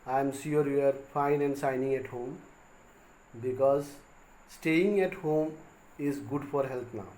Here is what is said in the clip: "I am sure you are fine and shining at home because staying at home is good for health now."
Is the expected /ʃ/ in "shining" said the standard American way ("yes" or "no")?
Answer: no